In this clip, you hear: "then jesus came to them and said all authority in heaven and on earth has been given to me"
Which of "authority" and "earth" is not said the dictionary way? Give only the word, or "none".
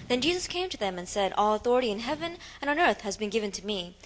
none